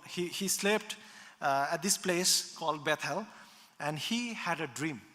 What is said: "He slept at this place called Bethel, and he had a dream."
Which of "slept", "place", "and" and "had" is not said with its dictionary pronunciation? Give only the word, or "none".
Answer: none